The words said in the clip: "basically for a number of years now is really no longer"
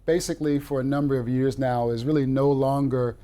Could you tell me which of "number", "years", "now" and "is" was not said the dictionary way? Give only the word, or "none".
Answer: none